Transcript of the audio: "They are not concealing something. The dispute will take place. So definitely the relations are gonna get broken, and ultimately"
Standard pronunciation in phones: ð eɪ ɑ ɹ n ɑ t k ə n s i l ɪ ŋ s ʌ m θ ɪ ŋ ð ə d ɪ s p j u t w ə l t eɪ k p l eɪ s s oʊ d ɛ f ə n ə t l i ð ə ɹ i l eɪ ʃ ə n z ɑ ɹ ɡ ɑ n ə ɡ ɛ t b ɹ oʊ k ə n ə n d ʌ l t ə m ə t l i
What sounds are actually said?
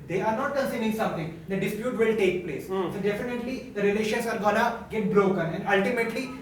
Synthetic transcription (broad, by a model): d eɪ ɑ ɹ n ɑ t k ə n s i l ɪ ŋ s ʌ m t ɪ ŋ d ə d ɪ s p j u t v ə l t eɪ k p l eɪ s s oʊ d ɛ f ə n ə t l i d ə ɹ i l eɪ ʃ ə n s ɑ ɹ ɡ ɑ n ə ɡ ɛ t b ɹ oʊ k ə n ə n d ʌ l t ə m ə t l i